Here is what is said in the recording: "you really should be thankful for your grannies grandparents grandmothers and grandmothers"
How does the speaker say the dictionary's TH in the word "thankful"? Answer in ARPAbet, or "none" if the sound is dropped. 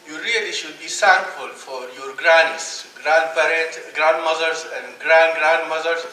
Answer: S